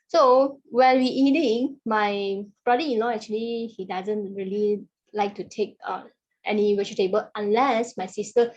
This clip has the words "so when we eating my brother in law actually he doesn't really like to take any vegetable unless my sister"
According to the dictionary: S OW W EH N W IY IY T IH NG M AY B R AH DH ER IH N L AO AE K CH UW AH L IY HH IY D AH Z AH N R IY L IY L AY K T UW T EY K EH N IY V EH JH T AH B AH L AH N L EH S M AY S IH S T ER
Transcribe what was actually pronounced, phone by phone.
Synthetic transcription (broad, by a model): S OW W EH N W IY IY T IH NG M AY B R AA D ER IH N L AO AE K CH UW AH L IY HH IY D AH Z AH N R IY L IY L AY K T UW T EY K EH N IY W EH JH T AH B AH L AH N L EH S M AY S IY S T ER